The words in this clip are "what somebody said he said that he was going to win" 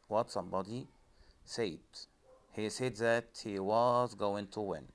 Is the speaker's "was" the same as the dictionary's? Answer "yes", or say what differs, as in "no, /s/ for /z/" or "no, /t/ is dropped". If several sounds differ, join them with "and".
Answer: yes